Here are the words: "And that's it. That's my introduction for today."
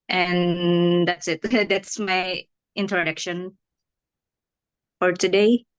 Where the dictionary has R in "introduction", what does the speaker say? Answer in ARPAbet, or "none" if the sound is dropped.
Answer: R